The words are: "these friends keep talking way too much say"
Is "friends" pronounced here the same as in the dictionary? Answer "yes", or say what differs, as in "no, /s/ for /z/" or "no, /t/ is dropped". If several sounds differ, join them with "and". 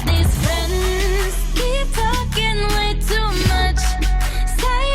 yes